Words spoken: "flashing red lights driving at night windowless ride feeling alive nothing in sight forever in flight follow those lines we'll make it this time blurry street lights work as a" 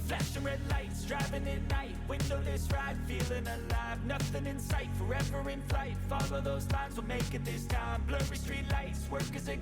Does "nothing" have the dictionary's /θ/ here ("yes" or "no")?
yes